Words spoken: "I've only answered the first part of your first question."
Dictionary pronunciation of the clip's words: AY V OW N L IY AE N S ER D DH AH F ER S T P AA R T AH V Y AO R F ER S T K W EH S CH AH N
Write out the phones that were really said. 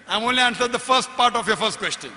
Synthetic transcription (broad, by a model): AY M OW N L IY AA N S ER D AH F ER S T P AA R T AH F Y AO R F ER S T K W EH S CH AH N